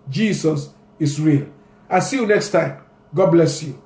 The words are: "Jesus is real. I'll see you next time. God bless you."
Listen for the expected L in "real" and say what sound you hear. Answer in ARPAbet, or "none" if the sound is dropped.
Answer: L